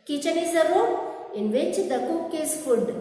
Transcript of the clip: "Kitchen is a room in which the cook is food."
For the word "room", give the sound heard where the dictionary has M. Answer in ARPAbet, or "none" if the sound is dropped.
none